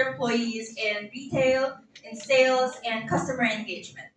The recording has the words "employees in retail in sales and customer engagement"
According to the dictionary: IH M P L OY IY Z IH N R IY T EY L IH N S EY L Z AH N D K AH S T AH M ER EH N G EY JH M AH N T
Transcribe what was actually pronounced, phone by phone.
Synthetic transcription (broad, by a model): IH M P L OY IY Z IH N R IY T EY L IH N S EY L Z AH N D K AH S T AH M ER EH N G EY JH M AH N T